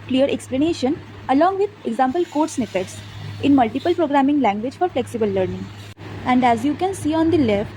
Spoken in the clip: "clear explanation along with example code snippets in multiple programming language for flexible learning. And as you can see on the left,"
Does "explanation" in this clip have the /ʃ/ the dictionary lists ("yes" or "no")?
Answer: yes